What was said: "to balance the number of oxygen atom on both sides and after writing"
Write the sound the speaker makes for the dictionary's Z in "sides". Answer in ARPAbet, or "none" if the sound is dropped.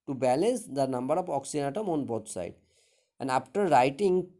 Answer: none